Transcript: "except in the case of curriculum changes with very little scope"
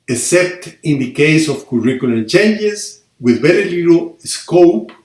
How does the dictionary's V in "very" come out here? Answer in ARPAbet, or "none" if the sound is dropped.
B